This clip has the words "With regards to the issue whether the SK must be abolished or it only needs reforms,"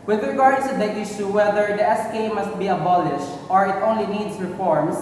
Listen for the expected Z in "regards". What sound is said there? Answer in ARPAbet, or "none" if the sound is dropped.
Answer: none